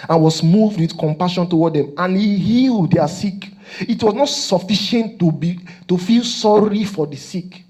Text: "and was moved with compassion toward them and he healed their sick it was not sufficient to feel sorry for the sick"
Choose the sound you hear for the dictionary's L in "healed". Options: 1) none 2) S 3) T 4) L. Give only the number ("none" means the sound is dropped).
4